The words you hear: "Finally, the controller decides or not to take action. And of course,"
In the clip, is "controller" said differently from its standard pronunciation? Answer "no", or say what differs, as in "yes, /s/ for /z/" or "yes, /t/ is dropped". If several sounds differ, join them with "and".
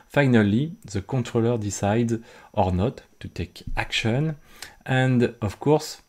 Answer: yes, /n/ is dropped